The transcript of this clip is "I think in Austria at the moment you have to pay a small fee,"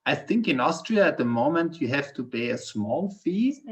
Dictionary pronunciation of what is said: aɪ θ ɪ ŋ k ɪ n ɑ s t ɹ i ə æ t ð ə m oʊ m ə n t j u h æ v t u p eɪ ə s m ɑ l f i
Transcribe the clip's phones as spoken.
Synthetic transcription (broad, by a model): aɪ θ ɪ ŋ k ɪ n ɑ s t ɹ i ə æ t ð ə m oʊ m ə n t j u h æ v t u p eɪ ə s m ɑ l f i